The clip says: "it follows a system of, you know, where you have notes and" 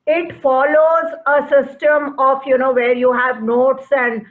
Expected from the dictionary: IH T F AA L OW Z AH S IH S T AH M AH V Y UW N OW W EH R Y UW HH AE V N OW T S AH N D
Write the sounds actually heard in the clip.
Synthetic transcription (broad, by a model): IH T F AA L OW Z AH S IH S T AH M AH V Y UW N OW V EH R Y UW HH AE V N OW T S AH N D